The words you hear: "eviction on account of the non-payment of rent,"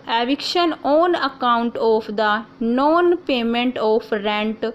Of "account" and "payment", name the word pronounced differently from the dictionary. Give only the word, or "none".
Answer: none